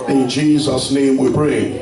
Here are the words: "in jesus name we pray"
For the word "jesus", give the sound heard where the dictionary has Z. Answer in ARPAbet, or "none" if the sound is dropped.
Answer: Z